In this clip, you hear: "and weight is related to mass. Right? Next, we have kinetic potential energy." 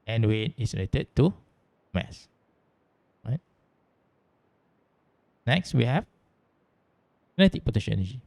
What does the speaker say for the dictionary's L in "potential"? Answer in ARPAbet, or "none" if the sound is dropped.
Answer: N